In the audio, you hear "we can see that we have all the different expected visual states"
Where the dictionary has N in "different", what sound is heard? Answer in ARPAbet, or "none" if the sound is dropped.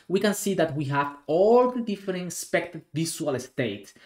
none